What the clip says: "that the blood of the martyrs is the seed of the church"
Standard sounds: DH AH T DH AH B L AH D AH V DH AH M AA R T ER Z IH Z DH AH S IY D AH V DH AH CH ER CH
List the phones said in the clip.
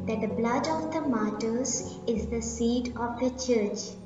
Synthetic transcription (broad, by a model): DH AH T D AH B L AH D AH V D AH M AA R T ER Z IH Z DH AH S IY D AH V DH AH CH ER CH